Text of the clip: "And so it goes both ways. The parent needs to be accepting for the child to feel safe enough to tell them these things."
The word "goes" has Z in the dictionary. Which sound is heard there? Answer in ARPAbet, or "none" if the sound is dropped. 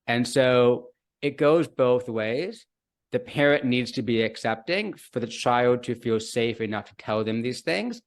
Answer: Z